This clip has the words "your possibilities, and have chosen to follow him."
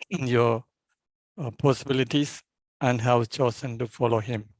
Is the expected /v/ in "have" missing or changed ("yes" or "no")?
yes